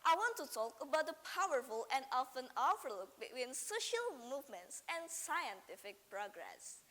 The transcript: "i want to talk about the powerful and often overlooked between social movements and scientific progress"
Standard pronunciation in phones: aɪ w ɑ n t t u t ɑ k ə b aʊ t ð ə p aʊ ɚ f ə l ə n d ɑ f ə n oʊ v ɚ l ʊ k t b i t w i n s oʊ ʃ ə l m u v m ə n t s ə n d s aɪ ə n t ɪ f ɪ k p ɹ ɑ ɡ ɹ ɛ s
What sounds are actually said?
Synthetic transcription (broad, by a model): aɪ w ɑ n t t u t ɑ k ə b aʊ t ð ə p aʊ ɚ f ə l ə n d ɑ f ə n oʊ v ɚ l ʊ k b i t w i n s oʊ ʃ ə l m u v m ə n t s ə n s aɪ ə n t ɪ f ɪ k p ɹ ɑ ɡ ɹ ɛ s